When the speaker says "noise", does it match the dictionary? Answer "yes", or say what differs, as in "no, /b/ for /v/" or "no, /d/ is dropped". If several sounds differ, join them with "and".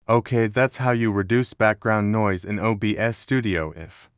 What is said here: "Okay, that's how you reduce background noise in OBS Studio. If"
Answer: yes